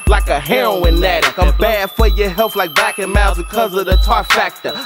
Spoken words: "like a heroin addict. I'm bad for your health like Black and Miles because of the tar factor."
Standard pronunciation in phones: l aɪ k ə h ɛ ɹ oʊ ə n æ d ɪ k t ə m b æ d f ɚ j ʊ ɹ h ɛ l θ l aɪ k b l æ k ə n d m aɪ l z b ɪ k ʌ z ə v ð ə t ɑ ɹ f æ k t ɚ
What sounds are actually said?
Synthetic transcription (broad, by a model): l aɪ k ə h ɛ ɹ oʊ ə n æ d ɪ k ə b æ d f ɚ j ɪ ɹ h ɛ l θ l aɪ k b æ k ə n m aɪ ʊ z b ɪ k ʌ z ə v ð ə t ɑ f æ k t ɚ